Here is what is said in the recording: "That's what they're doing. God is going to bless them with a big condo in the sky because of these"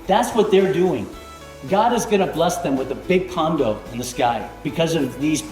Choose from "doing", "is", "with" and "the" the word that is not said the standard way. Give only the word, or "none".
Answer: none